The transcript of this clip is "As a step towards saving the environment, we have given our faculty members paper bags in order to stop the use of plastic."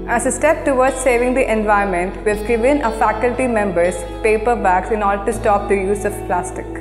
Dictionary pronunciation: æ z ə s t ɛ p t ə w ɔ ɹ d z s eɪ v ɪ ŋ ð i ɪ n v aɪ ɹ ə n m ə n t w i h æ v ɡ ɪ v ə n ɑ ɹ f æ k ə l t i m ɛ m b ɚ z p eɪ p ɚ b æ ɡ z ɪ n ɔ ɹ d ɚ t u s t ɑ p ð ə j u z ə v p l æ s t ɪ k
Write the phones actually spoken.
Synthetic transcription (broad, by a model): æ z ə s t ɛ p t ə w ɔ ɹ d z s eɪ v ɪ ŋ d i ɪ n v aɪ ə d m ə n t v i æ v ɡ ɪ v ə n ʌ f æ k ə l t i m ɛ m b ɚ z p eɪ p ɚ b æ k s ɪ n ɔ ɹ d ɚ t u s t ɑ p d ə j u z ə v p l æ s t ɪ k